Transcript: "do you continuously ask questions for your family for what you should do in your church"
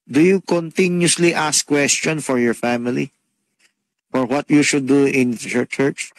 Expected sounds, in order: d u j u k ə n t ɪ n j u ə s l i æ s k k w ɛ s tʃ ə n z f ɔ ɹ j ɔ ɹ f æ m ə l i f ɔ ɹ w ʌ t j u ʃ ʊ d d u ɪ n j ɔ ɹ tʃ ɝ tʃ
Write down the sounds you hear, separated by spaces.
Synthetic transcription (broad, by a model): d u j u k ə n t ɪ n j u s l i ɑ s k k w ɛ s tʃ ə n f ɔ ɹ j ɔ ɹ f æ m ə l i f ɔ ɹ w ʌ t j u ʃ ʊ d d u ɪ n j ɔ ɹ tʃ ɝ tʃ